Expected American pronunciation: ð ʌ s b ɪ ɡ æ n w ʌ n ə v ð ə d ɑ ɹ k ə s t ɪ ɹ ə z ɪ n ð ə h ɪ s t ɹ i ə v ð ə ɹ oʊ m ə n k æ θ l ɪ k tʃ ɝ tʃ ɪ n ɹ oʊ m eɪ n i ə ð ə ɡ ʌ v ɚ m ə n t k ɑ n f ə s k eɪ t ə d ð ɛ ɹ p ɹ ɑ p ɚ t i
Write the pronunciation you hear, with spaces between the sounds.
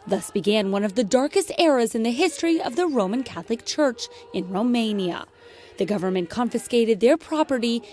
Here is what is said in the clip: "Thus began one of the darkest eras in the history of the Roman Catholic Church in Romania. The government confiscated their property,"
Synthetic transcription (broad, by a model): ð ʌ s b ɪ ɡ æ n w ʌ n ə v ð ə d ɑ ɹ k ə s t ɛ ɹ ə z ɪ n ð ə h ɪ s t ɹ i ə v ð ə ɹ oʊ m ə n k æ θ l ɪ k tʃ ɝ tʃ ɪ n ɹ oʊ m eɪ n i ə ð ə ɡ ʌ v ɚ m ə n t k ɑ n f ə s k eɪ t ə d ð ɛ ɹ p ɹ ɑ p ɚ t i